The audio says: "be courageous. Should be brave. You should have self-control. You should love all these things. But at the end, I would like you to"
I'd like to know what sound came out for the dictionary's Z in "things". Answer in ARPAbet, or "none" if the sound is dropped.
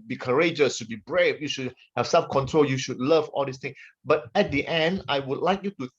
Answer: none